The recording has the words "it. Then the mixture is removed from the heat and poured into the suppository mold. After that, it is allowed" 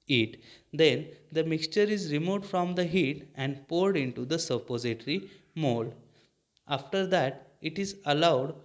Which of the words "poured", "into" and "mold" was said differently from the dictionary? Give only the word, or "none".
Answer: mold